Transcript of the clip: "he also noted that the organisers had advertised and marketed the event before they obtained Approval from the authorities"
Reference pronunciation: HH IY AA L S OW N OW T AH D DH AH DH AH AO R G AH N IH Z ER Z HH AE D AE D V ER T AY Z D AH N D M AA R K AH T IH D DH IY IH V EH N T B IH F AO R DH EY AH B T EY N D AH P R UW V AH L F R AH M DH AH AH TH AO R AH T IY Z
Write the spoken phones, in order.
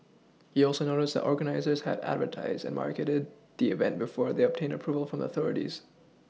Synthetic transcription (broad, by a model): HH IY AA L S OW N OW T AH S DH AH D AO R G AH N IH Z ER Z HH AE D AE D V ER T AY Z D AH N M AA R K AH T IH D DH IY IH V EH N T B IH F AO R DH EY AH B T EY N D AH P R UW V AH L F R AH M DH AH AH TH AO R AH T IY Z